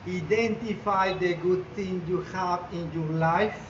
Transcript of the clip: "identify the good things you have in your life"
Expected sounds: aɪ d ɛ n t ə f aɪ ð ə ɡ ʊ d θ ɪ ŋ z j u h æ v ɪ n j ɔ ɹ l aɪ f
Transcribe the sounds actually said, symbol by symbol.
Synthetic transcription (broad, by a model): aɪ d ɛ n t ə f aɪ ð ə ɡ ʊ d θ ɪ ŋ j u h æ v ɪ n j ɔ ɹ l aɪ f